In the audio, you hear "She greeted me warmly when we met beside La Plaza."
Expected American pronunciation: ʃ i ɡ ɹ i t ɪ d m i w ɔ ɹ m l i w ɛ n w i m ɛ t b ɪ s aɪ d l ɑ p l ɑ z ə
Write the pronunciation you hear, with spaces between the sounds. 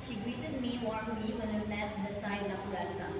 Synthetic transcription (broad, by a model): ʃ i ɡ ɹ i t ɪ d m i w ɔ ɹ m i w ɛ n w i m ɛ t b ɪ s aɪ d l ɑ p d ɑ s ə